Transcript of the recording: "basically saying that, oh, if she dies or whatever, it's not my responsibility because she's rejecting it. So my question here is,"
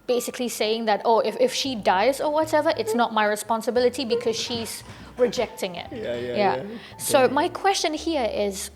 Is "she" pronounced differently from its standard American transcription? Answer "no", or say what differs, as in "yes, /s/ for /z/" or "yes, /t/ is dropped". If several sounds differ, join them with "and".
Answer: no